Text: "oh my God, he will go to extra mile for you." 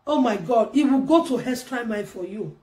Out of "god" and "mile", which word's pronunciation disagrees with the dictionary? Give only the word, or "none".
mile